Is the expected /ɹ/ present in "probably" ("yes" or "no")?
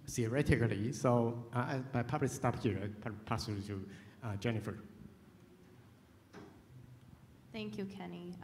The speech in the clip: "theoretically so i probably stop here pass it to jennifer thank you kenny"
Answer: no